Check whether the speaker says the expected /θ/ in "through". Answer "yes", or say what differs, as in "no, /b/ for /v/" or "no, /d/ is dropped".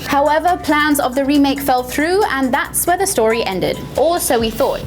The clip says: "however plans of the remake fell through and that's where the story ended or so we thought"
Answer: yes